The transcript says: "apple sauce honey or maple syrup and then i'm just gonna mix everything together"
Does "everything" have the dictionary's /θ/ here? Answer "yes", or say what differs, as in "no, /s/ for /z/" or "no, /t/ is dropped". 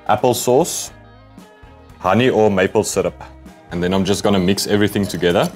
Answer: yes